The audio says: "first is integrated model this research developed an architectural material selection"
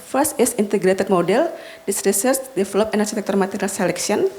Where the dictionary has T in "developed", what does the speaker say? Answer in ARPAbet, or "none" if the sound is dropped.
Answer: none